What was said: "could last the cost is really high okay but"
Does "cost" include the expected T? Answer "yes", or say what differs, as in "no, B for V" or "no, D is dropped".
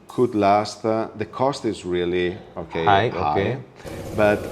yes